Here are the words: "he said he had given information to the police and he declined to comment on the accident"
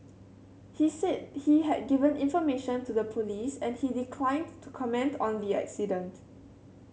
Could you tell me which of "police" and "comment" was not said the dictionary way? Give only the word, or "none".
none